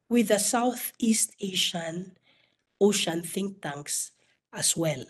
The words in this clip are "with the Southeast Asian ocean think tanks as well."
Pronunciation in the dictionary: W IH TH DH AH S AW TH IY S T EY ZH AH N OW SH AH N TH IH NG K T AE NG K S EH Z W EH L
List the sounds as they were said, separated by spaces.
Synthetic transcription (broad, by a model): W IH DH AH S AW TH IY S T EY SH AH N OW SH AH N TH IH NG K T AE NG K S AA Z W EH L